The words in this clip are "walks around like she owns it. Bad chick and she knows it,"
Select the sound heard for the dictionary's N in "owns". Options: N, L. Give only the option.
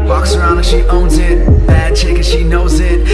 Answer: N